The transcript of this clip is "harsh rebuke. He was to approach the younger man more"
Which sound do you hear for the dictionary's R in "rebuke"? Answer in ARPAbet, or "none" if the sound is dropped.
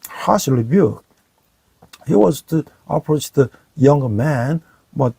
L